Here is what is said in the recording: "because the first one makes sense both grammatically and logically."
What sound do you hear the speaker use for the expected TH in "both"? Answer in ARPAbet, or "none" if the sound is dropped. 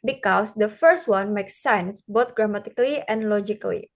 T